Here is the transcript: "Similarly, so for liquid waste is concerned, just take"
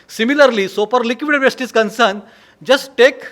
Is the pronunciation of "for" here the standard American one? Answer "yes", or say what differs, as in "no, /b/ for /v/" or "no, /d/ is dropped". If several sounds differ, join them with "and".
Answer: no, /p/ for /f/